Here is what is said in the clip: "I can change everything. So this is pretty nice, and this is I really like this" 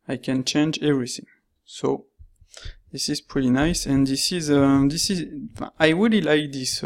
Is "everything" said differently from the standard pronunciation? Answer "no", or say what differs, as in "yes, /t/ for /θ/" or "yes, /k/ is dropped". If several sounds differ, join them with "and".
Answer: no